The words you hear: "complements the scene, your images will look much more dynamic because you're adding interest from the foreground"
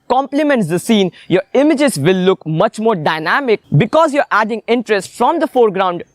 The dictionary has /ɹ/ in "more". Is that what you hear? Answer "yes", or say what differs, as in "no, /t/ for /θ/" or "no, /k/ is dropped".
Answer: yes